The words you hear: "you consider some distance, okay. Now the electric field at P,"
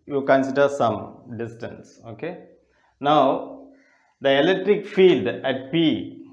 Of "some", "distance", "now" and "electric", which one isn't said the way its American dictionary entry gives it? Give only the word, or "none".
none